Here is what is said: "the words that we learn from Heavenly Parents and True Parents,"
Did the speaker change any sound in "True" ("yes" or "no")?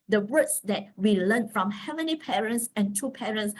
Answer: yes